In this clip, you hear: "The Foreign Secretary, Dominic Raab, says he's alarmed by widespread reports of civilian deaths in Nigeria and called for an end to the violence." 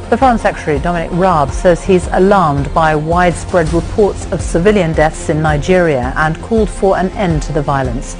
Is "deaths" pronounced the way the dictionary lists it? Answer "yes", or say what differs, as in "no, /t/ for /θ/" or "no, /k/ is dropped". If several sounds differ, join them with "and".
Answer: yes